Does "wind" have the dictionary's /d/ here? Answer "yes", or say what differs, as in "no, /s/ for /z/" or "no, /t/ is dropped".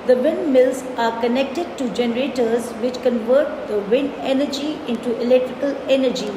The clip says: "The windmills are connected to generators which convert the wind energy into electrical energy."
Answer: no, /d/ is dropped